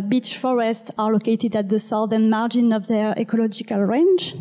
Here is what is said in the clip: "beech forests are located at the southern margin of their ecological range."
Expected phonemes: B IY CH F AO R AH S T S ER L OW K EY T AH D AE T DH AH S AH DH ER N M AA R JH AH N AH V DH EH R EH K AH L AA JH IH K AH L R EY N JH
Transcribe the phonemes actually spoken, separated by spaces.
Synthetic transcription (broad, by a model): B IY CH F AO R AH S T S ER L OW K EY T AH D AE T DH AH S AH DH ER N M AA R JH AH N AH V DH EH R EH K AH L AA JH IH K AH L R EY N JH